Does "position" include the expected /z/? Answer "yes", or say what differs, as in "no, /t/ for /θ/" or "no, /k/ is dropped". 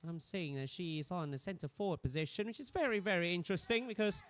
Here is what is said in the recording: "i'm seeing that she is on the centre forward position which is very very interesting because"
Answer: yes